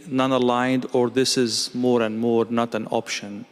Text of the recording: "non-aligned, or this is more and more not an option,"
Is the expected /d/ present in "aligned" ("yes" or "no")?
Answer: yes